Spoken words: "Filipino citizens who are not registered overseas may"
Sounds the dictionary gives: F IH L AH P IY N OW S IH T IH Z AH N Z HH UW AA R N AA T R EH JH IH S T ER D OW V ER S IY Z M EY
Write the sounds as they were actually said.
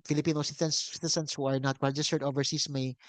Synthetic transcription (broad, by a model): F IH L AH P IY N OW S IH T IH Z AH N S HH UW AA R N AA T W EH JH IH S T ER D OW V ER S IY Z M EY